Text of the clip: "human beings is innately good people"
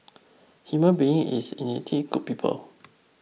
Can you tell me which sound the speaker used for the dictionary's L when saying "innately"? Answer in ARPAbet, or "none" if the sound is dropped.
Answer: none